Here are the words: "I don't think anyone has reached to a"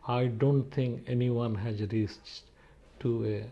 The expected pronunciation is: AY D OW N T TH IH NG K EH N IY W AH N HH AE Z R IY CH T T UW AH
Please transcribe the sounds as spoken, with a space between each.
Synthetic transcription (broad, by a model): AY D OW N T T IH NG K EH N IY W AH N HH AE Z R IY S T T UW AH